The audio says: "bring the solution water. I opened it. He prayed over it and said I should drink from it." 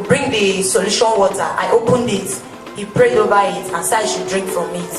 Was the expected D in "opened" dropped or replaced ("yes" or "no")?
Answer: no